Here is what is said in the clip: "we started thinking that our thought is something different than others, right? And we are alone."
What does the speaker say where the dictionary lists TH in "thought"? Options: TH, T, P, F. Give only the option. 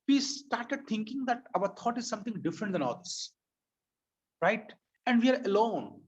T